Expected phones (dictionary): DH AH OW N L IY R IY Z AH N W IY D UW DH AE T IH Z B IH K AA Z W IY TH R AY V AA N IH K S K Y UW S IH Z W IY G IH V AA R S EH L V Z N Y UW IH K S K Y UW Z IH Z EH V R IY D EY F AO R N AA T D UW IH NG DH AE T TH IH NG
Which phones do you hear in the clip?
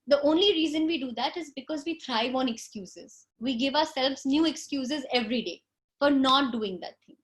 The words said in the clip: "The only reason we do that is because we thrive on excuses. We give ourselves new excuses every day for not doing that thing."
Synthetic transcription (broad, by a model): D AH OW N L IY R IY Z AH N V IY D UW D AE T IH Z B IH K AA Z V IY T R AY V AA N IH K S K Y UW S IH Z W IY G IH V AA R S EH L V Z N Y UW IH K S K Y UW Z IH Z EH V R IY D EY F AO R N AA T D UW IH NG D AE T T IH NG